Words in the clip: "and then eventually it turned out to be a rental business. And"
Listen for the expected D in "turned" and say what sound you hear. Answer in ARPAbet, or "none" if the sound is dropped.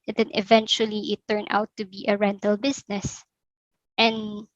none